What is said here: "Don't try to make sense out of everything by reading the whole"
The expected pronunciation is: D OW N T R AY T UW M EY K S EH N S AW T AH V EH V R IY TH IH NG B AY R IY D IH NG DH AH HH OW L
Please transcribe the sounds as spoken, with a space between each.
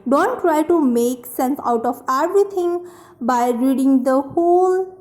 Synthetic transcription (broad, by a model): D OW N T R AY T UW M EY K S EH N S AW T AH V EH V R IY T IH NG B AY R IY D IH NG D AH HH OW L